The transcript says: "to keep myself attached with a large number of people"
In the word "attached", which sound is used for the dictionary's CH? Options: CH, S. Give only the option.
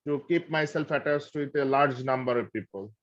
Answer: S